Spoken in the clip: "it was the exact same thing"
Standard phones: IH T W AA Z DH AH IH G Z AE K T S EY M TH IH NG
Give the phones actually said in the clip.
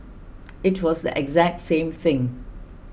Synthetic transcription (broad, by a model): IH T W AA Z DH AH IH G Z AE K T S EY M TH IH NG